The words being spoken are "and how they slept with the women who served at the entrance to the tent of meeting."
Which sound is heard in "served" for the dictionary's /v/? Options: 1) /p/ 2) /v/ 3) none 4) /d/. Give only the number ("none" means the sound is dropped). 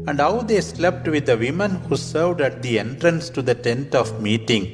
2